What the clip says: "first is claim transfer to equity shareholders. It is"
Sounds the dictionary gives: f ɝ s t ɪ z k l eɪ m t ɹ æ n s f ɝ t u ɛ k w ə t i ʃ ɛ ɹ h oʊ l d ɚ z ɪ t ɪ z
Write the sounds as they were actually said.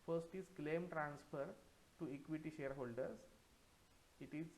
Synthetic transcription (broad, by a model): f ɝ s t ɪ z k l eɪ m t ɹ æ n s f ɝ t u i k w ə t i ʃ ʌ ɹ h oʊ l d ɚ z ɪ t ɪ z